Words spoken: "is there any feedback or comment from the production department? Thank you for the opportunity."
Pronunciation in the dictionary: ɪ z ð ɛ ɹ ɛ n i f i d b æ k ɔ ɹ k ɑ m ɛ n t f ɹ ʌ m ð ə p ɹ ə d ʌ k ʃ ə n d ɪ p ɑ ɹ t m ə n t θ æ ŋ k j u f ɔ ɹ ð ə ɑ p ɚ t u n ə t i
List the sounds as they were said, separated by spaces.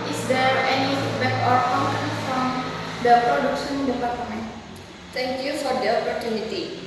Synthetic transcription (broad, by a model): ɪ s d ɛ ɹ ɛ n i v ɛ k ɔ ɹ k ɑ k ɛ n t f ɹ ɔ m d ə p ɹ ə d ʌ k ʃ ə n d ɪ p ɑ ɹ t m ə n t t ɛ ŋ k j u f ɔ ɹ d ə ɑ p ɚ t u n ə t i